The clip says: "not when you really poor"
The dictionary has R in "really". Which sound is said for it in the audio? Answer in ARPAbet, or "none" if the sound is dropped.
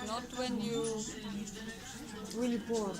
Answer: W